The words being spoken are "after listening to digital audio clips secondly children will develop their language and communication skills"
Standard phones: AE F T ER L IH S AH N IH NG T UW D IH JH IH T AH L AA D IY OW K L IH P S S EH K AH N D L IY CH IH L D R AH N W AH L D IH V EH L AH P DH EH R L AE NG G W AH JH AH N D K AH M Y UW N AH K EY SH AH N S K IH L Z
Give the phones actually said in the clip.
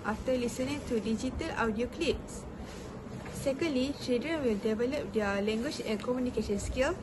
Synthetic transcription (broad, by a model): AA F T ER L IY S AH N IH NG T UW D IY JH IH T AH L AA D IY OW K L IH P S S EH K AH N D L IY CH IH D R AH N W AH L D IH V EH L AH P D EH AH L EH NG G W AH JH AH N K AH M Y UW N AH K EY SH AH N S K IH L